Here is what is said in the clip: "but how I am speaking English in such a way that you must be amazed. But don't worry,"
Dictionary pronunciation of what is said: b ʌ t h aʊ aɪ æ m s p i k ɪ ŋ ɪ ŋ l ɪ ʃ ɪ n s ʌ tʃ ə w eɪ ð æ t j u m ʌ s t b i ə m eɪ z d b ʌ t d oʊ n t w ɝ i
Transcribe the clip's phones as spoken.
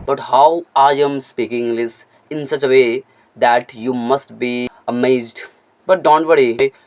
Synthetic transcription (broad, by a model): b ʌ t h aʊ aɪ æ m s p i k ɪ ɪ ŋ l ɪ s ɪ n s ʌ tʃ ə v eɪ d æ t j u m ʌ s t b i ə m eɪ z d b ʌ t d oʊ n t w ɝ i